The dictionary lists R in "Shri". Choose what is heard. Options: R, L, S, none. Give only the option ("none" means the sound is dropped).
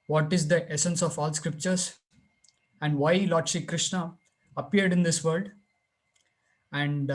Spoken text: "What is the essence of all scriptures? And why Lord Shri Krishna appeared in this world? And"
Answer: none